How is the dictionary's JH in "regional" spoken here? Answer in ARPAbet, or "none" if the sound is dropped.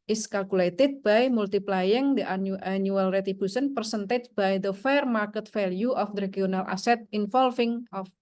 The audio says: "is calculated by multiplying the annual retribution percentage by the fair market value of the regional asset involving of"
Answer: none